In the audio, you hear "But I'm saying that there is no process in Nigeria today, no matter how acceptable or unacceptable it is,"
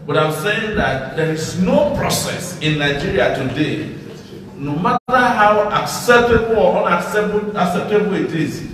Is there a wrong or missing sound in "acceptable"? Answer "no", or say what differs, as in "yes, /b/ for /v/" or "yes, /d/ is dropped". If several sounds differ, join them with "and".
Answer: yes, /n/ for /l/